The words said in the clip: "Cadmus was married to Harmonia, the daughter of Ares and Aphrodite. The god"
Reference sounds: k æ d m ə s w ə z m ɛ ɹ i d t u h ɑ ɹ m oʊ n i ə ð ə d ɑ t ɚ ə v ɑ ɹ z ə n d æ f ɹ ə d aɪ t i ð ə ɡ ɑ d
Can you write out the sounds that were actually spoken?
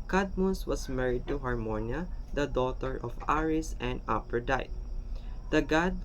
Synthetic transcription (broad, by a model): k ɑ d m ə s w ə s m ɛ ɹ i d t u h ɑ ɹ m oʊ n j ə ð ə d ɑ t ɚ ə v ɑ ɹ s ə n d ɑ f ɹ d aɪ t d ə ɡ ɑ d